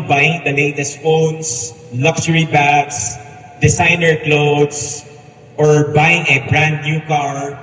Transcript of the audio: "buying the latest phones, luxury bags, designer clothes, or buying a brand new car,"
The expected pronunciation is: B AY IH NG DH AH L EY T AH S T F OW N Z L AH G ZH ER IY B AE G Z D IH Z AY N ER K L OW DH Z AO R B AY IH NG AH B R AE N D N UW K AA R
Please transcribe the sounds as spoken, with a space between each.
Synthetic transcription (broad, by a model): B AY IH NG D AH L EY T AH S T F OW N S L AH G S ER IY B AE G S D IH S AY N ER K L OW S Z AO R B AY IH NG AH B R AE N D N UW K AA R